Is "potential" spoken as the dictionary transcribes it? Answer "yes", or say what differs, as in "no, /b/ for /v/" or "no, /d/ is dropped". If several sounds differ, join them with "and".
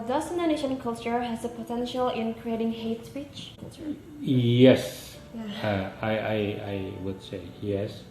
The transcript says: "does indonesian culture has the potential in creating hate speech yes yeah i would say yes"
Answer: yes